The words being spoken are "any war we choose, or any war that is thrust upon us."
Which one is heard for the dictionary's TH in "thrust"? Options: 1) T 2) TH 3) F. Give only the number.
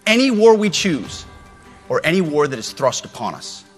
2